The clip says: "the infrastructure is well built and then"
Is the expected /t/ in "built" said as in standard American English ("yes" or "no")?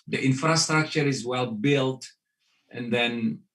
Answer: yes